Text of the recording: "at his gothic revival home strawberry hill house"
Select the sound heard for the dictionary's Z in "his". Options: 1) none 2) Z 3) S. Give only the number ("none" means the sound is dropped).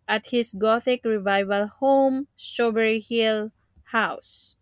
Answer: 3